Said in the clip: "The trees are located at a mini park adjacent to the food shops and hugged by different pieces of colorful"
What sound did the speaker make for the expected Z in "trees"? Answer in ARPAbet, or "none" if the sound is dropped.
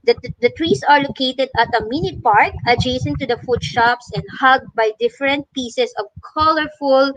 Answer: S